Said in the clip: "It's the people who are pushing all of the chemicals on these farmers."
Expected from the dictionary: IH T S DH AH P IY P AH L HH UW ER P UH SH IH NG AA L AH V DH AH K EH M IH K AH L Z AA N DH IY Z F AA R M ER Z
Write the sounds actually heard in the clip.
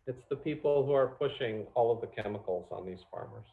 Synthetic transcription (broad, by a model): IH T S DH AH P IY P L HH UW ER P UH SH IH NG AA L AH V DH AH K EH M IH K L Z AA N DH IY Z F AA R M ER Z